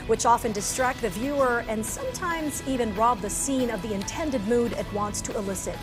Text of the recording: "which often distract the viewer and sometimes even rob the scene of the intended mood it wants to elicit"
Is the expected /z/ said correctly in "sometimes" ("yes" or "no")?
yes